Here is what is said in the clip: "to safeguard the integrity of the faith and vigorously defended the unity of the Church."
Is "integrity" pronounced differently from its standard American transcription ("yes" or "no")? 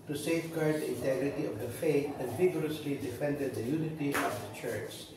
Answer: no